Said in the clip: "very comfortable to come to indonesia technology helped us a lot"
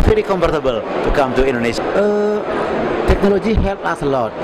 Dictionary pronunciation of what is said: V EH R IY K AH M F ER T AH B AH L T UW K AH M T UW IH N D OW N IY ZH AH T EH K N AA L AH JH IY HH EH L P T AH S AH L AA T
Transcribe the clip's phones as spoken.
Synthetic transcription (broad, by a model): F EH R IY K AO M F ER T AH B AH L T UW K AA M T UW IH N D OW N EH SH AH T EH K N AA L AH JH IY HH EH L T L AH L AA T